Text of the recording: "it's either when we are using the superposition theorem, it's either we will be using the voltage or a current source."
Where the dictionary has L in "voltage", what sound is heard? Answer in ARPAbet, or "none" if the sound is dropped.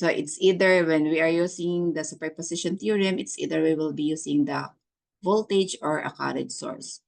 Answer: L